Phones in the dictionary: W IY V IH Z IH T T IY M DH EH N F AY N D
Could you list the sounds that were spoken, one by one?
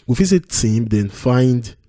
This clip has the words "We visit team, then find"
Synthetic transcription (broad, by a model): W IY F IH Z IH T T IY M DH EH N F AY N D